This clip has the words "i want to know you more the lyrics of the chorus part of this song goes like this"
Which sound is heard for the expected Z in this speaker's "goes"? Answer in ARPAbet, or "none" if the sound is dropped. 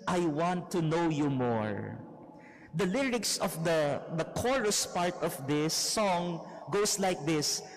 S